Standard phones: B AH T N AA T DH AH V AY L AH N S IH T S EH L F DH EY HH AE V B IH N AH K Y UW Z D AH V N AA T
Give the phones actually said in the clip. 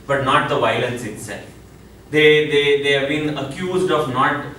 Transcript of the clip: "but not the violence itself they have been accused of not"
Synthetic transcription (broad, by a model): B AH T N AA T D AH V AY L AH N S IH T S EH L F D EY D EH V B IH N AH K Y UW Z D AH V N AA T